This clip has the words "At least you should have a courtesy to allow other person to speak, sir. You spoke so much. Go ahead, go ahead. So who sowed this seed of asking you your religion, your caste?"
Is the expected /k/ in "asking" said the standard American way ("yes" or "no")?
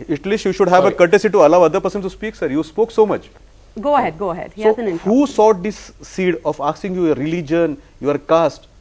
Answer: no